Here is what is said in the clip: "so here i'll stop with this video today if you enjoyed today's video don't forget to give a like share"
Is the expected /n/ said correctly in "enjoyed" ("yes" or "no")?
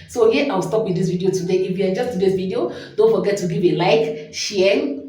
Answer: no